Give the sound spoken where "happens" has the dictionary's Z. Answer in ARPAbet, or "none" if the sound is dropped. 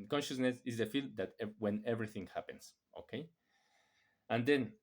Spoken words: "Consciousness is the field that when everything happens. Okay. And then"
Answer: S